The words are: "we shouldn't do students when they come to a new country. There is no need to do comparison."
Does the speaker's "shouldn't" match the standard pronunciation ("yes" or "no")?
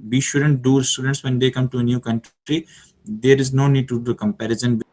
yes